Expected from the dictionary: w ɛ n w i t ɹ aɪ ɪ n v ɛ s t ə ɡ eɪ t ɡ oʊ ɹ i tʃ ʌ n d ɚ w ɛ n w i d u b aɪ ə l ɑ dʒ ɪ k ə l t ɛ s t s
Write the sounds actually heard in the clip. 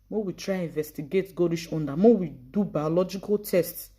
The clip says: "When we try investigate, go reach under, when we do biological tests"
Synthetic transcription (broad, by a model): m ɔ w i t ɹ aɪ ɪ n v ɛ s t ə ɡ eɪ t ɡ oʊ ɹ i ʃ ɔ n d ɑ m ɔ w i d u b aɪ ə l ɑ dʒ ɪ k ə l t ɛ s t s